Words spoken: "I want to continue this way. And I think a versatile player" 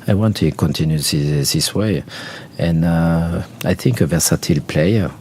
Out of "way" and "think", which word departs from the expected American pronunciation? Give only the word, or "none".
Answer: none